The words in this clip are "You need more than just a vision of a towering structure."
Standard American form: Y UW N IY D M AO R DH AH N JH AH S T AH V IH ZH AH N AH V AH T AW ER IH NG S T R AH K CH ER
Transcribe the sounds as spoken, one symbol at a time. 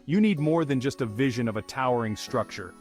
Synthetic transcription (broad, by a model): Y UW N IY D M AO R DH AH N JH AH S T AH V IH ZH AH N AH V AH T AW ER IH NG S T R AH K CH ER